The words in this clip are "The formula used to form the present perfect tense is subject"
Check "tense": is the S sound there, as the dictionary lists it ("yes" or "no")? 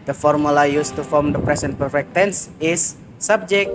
yes